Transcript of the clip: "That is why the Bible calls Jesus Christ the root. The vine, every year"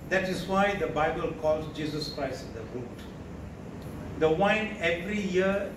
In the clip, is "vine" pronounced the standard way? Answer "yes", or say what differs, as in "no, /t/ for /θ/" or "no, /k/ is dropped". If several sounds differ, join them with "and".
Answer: no, /w/ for /v/